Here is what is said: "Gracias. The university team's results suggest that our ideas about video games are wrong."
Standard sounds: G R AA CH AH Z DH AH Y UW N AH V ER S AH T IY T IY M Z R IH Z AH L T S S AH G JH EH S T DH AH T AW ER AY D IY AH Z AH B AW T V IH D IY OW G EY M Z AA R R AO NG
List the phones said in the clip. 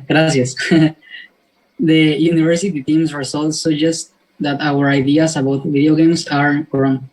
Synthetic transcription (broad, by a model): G R AA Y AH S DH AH Y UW N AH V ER S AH T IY T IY M S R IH S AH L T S S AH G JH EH S T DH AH T AW ER AY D IY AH S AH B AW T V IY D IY OW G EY M S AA R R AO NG